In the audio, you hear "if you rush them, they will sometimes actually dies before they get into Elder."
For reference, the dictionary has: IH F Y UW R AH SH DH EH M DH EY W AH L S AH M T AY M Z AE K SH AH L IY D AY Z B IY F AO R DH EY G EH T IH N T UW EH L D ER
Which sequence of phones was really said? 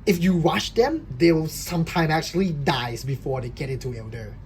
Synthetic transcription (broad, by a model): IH F Y UW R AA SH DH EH M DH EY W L S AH M T AY M AE K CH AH L IY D AY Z B IY F AO R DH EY G EH T IH N T UW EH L D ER